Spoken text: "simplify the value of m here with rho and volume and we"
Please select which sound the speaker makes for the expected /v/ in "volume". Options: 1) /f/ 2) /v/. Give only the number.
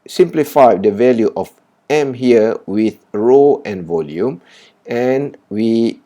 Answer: 2